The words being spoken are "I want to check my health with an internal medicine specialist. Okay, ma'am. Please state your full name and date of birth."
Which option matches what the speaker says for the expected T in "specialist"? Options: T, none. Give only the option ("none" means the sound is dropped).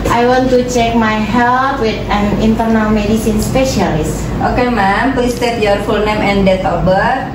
T